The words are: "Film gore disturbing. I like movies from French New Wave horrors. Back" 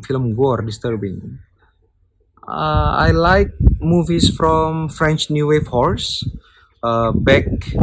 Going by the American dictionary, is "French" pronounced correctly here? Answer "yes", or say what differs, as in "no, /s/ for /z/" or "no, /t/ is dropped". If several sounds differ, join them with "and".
yes